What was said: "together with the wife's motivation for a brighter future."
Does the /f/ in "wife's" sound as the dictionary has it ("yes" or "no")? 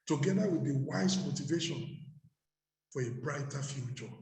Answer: no